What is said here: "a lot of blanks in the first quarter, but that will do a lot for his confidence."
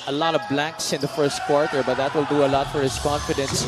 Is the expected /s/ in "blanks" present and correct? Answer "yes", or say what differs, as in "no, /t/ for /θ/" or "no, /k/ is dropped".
yes